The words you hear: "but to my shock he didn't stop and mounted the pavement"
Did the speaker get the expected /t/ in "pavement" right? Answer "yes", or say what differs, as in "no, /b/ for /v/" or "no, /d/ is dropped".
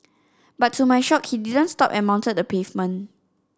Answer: no, /t/ is dropped